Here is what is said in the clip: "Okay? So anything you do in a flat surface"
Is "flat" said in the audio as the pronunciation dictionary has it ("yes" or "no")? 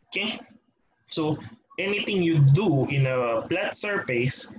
no